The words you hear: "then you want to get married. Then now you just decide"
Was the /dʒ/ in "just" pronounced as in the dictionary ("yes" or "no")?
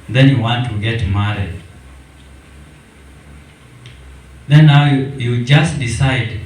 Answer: yes